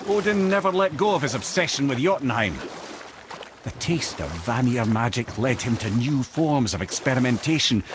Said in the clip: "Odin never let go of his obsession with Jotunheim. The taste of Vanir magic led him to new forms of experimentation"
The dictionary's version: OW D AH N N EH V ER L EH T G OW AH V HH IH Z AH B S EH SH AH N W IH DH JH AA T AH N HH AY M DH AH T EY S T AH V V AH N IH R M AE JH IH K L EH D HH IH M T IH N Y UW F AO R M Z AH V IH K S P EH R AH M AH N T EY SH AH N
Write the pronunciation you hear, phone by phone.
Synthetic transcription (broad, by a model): OW D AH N N EH V ER L EH T G OW AH V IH Z AH B S EH SH AH N W IH DH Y AA T N HH AY M DH AH T EY S T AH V V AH N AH R M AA JH IH K L EH D HH IH M T IH N Y UW F AO R M Z AH V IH K S P EH R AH M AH N T EY SH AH N